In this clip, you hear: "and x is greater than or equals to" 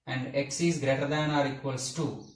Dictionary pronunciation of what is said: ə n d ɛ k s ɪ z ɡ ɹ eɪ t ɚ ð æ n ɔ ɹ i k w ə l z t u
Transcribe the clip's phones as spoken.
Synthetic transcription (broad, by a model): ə n d ɛ k s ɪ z ɡ ɹ eɪ t ɚ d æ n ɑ ɹ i k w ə l s t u